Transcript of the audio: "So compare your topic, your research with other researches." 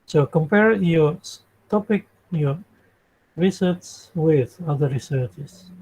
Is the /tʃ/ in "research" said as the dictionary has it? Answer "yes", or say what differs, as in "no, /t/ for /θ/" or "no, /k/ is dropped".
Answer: no, /s/ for /tʃ/